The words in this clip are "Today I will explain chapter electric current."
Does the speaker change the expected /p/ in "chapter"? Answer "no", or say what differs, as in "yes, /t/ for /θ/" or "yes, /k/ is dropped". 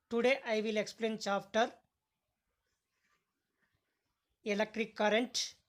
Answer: yes, /f/ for /p/